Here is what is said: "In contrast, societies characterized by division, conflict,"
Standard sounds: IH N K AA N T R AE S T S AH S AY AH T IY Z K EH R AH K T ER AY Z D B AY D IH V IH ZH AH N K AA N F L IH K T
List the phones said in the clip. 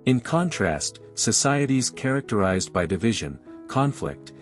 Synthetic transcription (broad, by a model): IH N K AA N T R AE S T S AH S AY AH T IY Z K EH R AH K T ER AY Z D B AY D IH V IH ZH AH N K AA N F L IH K T